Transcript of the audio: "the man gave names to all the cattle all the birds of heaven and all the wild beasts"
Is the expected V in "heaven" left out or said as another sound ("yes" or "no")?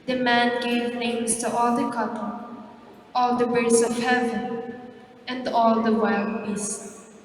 no